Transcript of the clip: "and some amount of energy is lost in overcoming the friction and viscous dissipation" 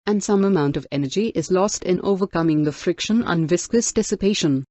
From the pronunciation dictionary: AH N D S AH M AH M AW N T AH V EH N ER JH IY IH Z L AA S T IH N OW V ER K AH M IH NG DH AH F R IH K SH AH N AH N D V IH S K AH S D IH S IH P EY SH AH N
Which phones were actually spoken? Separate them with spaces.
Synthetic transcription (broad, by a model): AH N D S AH M AH M AW N T AH V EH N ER JH IY IH Z L AA S T IH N OW V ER K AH M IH NG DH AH F R IH K SH AH N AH N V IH S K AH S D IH S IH P EY SH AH N